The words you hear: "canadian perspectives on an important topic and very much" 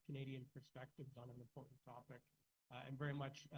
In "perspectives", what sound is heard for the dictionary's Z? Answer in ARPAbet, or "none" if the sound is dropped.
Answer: Z